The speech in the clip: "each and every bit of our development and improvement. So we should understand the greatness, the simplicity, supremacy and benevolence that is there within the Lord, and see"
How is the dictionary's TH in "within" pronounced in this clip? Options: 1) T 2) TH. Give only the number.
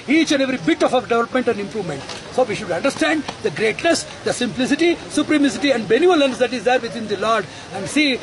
1